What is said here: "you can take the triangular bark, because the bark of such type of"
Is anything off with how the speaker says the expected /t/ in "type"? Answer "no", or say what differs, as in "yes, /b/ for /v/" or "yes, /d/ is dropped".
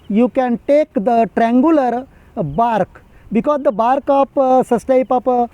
no